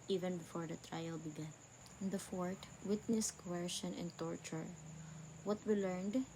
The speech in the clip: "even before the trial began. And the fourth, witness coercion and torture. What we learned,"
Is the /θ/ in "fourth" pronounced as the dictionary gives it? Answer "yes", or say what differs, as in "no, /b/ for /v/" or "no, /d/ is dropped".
no, /t/ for /θ/